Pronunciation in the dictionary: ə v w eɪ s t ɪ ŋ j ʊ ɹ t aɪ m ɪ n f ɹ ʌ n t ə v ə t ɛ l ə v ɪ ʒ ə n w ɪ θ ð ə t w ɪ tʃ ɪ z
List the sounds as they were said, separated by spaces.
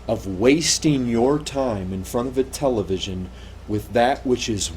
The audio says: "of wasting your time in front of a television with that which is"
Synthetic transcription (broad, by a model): ə v w eɪ s t ɪ ŋ j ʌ ɹ t aɪ m ɪ n f ɹ ʌ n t ə v ə t ɛ l ə v ɪ ʒ ə n w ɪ ð ə t w ɪ tʃ ɪ z